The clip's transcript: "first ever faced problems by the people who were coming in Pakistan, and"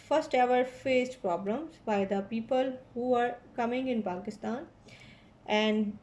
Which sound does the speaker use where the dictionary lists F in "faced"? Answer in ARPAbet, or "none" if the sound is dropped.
F